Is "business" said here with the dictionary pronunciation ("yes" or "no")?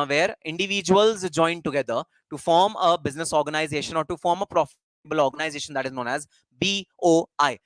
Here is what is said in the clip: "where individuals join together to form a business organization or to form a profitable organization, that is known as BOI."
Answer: yes